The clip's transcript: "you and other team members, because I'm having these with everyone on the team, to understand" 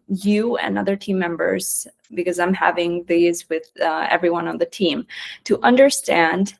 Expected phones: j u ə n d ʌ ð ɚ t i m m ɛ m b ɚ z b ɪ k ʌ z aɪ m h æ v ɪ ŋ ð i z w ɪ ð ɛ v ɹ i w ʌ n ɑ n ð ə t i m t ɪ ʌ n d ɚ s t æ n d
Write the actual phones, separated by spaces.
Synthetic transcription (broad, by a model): j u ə n ʌ ð ɚ t i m m ɛ m b ɚ z b ɪ k ʌ z aɪ m h æ v ɪ ŋ ð i z w ɪ ð ɛ v ɹ i w ʌ n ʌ n ð ə t i m t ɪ ʌ n d ɚ s t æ n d